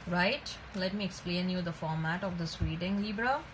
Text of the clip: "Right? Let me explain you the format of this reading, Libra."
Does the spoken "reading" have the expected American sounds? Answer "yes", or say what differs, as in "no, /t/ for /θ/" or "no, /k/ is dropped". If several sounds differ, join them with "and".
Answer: no, /w/ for /ɹ/